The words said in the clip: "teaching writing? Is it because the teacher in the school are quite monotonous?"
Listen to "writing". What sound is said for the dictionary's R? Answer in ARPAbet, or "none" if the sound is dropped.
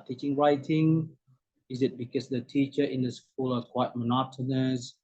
R